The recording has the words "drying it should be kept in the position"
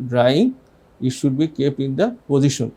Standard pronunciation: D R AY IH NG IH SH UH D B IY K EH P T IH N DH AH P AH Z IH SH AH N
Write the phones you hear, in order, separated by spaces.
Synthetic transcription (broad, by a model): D R AY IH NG IH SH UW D B IY K EH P IH N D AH P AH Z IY SH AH N